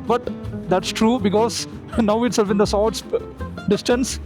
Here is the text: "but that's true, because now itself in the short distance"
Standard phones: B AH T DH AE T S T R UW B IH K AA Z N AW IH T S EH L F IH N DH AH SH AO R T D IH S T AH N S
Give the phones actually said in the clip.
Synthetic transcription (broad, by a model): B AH T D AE T S T R UW B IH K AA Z N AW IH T S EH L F IH N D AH S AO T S D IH S T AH N S